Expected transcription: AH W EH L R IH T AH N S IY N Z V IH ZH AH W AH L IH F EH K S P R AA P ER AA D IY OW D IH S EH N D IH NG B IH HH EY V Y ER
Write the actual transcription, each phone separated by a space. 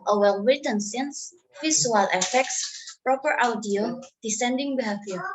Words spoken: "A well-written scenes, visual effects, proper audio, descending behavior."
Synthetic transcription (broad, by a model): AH W EH L W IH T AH N S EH N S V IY S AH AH L IH F EH K S P R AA P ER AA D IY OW D IH S EH N D IH NG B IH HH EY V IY